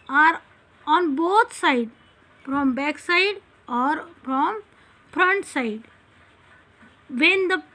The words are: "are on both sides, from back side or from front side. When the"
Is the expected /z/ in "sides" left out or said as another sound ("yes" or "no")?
yes